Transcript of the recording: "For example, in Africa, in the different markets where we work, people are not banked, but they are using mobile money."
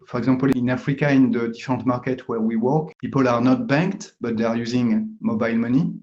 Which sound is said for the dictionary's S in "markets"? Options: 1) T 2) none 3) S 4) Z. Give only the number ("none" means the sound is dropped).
2